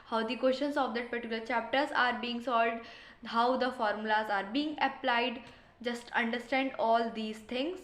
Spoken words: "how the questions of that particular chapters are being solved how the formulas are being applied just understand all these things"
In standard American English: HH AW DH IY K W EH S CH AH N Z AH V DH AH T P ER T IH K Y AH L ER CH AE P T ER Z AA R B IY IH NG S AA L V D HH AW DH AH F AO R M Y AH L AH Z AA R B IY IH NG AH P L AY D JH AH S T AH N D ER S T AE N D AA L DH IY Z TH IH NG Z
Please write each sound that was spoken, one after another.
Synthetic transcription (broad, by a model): HH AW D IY K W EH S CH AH N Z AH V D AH T P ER T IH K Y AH L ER CH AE P T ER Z AA R B IY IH NG S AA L D HH AW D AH F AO R M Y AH L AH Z AA R B IY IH NG AH P L AY D JH AH S T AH N D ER S T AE N D AA L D IY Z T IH NG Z